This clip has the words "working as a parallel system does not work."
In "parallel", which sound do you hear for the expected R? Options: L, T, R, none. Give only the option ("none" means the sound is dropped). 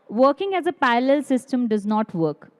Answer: none